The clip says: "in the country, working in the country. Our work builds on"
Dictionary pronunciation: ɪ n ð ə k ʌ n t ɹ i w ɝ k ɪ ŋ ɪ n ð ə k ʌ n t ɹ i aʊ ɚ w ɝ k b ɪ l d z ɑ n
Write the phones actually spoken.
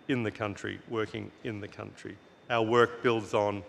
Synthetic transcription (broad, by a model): ɪ n ð ə k ʌ n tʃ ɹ i w ɝ k ɪ ŋ ɪ n ð ə k ʌ n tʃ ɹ i aʊ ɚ w ɝ k b ɪ l d z n